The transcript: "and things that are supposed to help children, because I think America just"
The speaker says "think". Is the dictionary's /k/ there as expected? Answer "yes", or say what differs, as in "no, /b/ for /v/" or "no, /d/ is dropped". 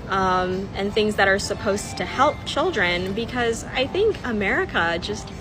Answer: yes